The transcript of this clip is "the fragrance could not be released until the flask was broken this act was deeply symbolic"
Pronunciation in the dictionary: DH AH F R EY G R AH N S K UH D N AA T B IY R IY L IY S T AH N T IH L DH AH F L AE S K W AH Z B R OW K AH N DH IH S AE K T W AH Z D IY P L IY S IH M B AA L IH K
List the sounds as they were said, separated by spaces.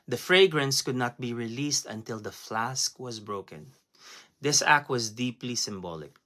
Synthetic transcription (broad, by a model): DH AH F R EY G R AH N S K UH D N AA T B IY R IY L IY S T AH N T IH L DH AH F L AE S K W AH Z B R OW K AH N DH IH S AE K T W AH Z D IY P L IY S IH M B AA L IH K